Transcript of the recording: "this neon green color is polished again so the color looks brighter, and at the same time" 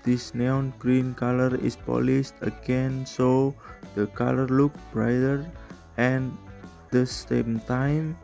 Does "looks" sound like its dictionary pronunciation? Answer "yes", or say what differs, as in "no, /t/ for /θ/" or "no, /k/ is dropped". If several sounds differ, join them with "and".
no, /s/ is dropped